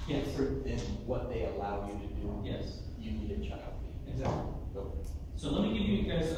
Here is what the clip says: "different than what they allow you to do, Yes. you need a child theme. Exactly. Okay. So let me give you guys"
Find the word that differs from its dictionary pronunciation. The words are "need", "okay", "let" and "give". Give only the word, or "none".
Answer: okay